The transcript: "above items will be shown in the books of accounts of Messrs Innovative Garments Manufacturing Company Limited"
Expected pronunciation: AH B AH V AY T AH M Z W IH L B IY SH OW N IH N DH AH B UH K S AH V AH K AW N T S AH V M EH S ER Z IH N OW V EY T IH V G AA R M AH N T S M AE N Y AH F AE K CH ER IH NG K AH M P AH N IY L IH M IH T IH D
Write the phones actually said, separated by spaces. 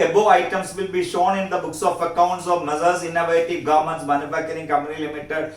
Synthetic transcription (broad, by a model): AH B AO AY T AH M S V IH L B IY SH OW N IH N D AH B UH K S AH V AH K AW N T S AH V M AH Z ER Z IH N OW V EY T IH V G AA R M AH N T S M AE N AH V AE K ER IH NG K AH M P AH N IY L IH M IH T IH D